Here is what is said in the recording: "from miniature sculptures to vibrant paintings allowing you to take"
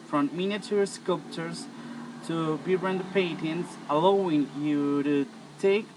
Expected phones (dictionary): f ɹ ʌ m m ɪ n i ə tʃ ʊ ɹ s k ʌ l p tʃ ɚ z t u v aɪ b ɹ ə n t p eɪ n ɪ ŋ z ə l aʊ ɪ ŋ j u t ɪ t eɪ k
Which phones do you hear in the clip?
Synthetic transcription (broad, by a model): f ɹ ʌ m m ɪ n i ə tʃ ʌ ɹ s k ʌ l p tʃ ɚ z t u b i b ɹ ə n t p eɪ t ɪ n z ə l aʊ ɪ ŋ j u t ɪ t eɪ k